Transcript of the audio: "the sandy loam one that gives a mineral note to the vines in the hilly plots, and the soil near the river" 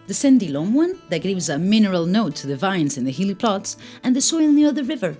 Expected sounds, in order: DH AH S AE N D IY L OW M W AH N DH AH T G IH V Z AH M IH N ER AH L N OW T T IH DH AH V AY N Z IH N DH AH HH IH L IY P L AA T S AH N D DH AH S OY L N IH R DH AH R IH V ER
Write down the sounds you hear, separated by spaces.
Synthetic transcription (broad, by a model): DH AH S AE N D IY L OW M W AH N DH AH T G IH V Z AH M IH N ER AH L N OW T T IH DH AH V AY N Z IH N DH AH HH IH L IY P L AA T S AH N DH AH S OY L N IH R DH AH R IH V ER